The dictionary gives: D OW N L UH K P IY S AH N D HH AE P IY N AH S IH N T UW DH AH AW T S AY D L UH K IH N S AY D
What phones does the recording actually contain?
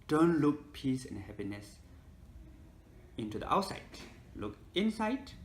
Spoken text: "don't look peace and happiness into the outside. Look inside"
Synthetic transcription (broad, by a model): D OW N L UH K P IY S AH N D HH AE P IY N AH S IH N T UW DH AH AW T S AY D L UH K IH N S AY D